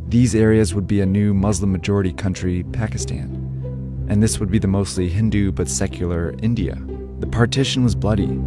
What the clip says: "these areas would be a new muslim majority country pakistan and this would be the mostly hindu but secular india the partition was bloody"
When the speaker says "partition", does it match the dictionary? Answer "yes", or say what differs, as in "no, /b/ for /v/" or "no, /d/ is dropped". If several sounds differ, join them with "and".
yes